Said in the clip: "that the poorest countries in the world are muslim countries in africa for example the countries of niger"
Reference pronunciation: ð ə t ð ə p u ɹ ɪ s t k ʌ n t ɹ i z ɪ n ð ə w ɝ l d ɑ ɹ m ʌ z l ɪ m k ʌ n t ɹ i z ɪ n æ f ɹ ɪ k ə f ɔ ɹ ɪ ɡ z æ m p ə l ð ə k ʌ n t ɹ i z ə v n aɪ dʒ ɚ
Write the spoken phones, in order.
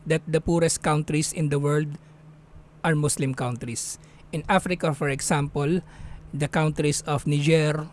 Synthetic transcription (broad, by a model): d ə t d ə p u ɹ ɪ s t k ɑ n t ɹ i s ɪ n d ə w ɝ l d ɑ ɹ m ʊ s l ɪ m k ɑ n t ɹ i s ɪ n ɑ f ɹ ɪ k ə f ɔ ɹ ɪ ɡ s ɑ m p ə l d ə k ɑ n t ɹ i s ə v n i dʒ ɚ